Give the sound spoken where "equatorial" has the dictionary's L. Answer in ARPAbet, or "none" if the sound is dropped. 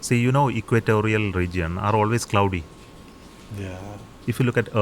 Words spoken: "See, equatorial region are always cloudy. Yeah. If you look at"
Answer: L